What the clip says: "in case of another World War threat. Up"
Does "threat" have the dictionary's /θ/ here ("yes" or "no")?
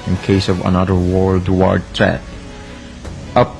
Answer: no